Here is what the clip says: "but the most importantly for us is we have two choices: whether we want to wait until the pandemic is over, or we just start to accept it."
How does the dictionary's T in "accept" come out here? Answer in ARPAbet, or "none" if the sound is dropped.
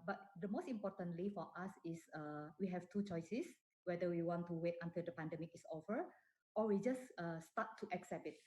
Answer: none